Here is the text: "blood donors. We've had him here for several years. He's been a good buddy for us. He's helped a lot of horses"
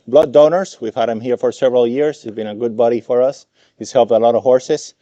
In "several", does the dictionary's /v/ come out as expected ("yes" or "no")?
yes